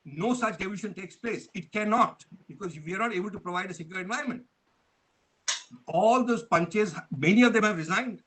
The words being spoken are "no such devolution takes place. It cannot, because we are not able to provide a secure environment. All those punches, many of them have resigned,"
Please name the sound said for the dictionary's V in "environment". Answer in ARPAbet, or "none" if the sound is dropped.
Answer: V